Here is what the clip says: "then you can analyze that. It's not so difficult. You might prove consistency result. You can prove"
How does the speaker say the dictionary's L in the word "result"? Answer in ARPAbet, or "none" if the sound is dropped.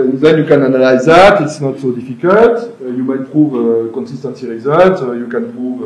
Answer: none